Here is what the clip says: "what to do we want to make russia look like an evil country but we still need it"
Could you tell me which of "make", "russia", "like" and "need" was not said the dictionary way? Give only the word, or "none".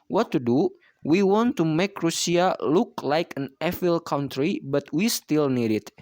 russia